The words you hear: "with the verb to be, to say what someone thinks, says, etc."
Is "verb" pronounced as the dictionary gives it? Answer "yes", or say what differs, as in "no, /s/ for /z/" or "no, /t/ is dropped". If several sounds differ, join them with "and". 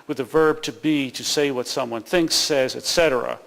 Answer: yes